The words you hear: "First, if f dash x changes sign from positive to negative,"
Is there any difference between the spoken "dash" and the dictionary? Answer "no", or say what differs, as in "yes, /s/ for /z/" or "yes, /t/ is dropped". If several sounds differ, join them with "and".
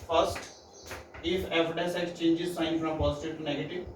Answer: yes, /s/ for /ʃ/